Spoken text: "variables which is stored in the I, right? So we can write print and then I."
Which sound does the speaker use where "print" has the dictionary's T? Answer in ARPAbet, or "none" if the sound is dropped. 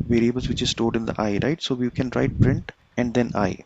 T